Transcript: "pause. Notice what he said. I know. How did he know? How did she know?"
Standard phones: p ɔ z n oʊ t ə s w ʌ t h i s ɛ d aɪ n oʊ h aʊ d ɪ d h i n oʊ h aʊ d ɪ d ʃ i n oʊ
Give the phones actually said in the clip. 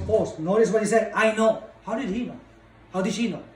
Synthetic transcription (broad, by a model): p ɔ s n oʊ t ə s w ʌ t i s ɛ aɪ n oʊ h aʊ d ɪ d h i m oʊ h aʊ d ɪ d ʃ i n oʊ